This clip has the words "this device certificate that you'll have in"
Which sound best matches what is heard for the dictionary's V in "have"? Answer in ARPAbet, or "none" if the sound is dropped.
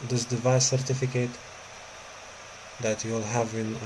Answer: V